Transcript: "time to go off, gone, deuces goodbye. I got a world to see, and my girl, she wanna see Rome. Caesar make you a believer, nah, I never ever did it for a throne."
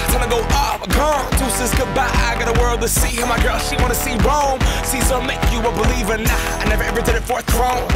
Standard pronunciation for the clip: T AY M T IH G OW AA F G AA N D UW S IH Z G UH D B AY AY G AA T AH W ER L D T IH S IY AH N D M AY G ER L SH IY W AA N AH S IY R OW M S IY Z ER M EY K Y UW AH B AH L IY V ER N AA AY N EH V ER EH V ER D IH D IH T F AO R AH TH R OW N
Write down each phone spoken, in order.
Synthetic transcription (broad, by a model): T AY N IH G OW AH P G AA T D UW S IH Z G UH B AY AY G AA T AH W ER L D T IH S IY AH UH M AY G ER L SH IY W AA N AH S IY R OW M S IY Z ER M EY K Y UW AH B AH L IY V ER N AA AY N EH V ER EH V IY D IH D IH T F AO R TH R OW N